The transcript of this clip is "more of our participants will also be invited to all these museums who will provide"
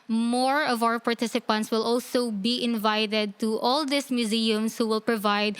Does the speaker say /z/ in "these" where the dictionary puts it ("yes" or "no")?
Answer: no